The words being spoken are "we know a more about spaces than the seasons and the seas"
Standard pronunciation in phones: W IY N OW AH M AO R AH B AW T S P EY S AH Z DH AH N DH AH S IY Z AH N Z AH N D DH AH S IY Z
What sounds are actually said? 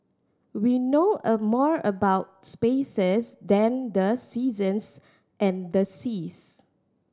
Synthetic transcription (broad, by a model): W IY N OW AH M AO R AH B AW T S P EY S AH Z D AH N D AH S IY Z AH N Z AH N D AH S IY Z